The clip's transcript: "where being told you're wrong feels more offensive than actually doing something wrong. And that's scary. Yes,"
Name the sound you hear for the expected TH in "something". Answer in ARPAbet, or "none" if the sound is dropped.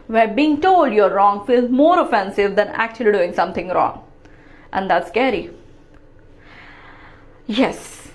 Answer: T